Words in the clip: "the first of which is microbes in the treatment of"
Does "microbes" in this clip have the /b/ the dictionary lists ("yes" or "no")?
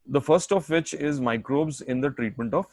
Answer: yes